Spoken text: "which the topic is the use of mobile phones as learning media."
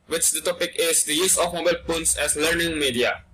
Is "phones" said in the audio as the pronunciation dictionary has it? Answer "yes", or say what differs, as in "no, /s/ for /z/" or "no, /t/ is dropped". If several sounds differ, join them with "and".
no, /p/ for /f/ and /s/ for /z/